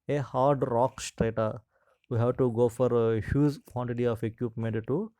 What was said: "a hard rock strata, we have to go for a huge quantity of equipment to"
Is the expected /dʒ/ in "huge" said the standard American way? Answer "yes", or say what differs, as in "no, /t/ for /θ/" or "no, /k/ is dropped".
no, /z/ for /dʒ/